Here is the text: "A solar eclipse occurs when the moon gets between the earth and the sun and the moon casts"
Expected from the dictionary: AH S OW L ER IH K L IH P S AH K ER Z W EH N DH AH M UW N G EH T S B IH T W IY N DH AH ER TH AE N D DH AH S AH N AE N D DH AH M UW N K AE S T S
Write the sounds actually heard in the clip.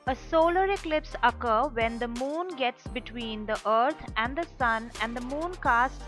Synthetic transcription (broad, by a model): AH S OW L ER IH K L IH P S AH K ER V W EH N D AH M UW N G EH T S B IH T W IY N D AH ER T AE N D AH S AH N AE N D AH M UW N K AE S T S